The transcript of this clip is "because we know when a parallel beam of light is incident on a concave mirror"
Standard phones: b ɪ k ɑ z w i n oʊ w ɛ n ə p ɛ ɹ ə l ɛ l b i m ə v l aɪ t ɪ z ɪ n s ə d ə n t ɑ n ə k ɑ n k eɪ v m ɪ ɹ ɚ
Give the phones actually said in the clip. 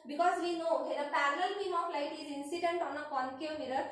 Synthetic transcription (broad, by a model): b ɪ k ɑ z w i n oʊ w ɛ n ə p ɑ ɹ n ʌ l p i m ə p l aɪ t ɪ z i n s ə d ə n t ɑ n ə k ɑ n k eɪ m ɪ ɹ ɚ